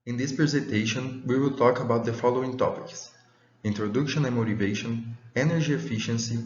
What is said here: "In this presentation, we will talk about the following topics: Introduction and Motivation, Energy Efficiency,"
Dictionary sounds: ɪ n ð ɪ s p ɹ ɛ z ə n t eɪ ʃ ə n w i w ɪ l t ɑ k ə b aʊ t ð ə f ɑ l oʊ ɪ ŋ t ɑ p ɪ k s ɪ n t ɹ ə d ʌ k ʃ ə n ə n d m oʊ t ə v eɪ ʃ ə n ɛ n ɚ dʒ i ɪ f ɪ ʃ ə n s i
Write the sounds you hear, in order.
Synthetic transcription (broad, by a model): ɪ n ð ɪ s p ɹ ɛ z ə n t eɪ ʃ ə n w i w ɪ l t ɑ k ə b aʊ t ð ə f ɑ l oʊ ɪ ŋ t ɑ p ɪ k s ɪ n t ɹ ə d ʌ k ʃ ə n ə n m oʊ t ə v eɪ ʃ ə n ɛ n ɚ dʒ i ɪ f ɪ ʃ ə n s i